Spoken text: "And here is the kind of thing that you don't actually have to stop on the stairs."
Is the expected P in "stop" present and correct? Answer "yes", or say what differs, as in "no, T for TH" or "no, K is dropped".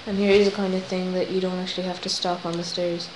yes